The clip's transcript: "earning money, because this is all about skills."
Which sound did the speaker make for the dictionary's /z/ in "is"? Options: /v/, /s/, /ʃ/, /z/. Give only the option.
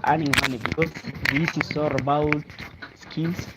/s/